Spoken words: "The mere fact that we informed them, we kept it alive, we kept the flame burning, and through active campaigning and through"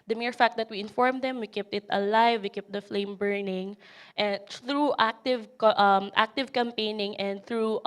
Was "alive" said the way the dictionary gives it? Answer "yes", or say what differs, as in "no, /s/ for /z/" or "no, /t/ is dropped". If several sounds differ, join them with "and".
yes